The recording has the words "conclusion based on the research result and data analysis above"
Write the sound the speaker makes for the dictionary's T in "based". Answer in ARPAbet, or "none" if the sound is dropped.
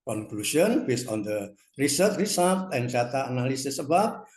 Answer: none